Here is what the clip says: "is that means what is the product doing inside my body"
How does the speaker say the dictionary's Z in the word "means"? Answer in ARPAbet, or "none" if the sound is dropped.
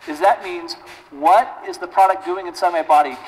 Z